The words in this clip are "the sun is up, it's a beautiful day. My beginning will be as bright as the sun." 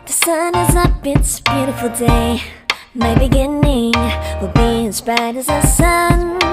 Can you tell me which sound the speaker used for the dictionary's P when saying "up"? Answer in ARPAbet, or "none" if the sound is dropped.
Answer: B